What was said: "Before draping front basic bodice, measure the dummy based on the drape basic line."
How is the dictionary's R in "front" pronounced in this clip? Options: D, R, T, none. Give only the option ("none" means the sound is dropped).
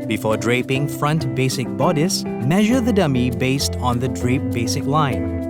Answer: R